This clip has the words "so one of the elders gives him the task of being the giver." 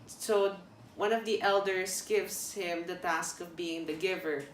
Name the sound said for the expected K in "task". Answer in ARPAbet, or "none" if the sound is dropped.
K